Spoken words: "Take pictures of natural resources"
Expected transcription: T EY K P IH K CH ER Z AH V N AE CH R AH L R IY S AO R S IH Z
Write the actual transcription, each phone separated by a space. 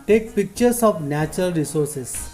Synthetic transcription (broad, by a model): T EY K P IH K CH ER S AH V N AE CH R AH L R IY S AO R S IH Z